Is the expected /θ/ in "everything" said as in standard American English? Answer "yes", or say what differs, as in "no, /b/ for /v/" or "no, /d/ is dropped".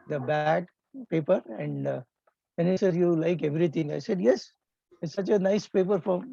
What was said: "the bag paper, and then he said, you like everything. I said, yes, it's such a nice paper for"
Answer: no, /t/ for /θ/